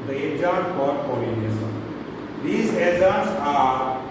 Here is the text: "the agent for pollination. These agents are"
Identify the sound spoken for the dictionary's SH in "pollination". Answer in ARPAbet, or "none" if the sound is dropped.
S